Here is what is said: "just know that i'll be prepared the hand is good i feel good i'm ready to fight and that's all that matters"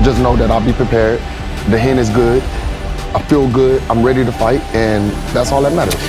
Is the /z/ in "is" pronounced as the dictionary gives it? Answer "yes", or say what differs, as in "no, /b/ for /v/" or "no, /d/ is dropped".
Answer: yes